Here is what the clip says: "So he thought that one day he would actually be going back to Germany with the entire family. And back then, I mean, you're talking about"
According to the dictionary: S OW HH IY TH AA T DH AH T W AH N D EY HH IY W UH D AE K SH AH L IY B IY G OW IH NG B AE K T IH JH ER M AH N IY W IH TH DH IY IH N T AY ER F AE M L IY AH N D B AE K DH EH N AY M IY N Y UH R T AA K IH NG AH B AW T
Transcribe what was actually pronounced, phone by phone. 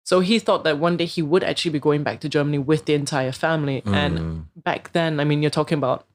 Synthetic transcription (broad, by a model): S OW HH IY TH AA T DH AH T W AH N D EY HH IY W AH D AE K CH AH L IY B IY G OW IH NG B AE K T IH JH ER M AH N IY W IH DH IY IH N T AY ER F AE M L IY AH N B AE K DH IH N AY M IY N Y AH R T AA K IH NG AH B AW T